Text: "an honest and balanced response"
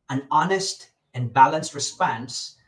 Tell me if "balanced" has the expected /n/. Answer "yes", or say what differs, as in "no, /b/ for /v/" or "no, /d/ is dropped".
yes